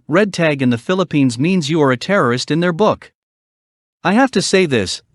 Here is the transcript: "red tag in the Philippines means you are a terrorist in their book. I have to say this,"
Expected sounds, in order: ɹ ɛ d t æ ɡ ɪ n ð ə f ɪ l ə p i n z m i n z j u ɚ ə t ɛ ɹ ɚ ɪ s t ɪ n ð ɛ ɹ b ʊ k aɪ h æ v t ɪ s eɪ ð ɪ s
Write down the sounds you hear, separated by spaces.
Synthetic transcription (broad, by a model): ɹ ɛ d t æ ɡ ɪ n ð ə f ɪ l ə p i n z m i n z j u ɚ ə t ɛ ɹ ɚ ɪ s t ɪ n ð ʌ ɹ b ʊ k aɪ h æ f t ɪ s eɪ ð ɪ s